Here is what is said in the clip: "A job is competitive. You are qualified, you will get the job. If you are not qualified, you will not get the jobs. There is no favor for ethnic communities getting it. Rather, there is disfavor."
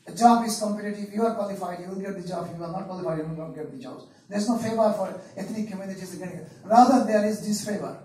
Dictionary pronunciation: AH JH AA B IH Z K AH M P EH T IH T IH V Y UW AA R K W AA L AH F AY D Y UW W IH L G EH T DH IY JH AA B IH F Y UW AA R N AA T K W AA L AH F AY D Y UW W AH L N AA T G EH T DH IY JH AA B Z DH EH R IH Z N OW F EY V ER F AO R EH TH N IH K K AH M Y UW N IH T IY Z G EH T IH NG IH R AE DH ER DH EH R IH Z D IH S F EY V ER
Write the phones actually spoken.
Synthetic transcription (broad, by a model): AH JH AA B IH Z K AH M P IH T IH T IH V Y UW AA R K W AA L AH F AY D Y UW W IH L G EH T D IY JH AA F Y UW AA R N AA T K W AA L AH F AY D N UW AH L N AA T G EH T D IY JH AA Z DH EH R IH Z N OW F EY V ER F AO R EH T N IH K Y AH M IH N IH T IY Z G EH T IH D IH R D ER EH R IH Z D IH S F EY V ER